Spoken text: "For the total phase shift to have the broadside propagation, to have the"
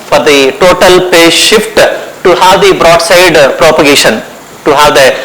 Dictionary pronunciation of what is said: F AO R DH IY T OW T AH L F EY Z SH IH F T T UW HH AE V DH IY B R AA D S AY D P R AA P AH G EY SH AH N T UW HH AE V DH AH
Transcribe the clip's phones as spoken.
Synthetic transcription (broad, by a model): F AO R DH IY T OW T AH L P EY SH IH F T T UW HH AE V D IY B R AA D S AY D P R AA P AH G EY SH AH N T UW HH AE V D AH